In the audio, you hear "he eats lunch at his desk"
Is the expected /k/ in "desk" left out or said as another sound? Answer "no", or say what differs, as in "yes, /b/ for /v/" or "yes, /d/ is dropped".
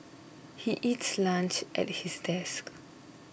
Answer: no